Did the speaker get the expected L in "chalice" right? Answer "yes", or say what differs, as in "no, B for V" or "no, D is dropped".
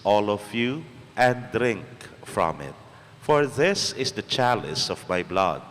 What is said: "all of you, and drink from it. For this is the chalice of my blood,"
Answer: yes